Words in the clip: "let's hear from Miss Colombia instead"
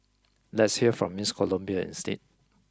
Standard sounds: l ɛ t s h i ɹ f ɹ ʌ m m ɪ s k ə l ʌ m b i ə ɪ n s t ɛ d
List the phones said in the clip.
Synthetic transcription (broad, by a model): l ɛ t s h i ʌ f ɹ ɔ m m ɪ s k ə l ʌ m b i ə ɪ n s t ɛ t